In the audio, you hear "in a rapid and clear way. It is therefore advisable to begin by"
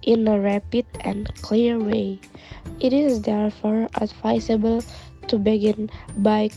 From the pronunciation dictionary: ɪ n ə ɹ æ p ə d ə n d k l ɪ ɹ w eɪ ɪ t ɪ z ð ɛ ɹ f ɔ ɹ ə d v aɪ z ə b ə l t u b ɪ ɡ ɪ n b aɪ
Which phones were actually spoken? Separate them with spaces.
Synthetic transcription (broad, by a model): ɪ n ə ɹ æ p ə d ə n k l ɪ ɹ w eɪ ɪ t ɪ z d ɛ ɹ f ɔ ɹ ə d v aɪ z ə b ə l t u b ɪ ɡ ɪ n b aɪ